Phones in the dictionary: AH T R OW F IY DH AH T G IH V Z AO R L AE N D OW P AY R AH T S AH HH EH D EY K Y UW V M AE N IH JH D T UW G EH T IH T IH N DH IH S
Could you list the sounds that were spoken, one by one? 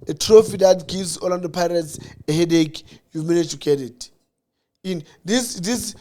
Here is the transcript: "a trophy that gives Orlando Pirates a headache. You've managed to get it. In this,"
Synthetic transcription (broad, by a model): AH T R OW F IY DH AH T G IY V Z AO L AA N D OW P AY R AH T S AH HH EH D EY K Y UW M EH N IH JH T UW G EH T IH T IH N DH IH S